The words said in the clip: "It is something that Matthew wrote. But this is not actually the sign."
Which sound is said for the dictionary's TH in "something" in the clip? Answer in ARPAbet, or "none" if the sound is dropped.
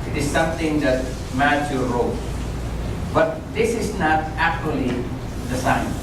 T